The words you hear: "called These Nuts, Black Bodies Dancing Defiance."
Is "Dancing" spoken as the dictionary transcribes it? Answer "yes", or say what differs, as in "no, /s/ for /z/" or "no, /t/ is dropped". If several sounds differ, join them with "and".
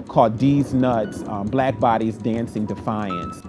yes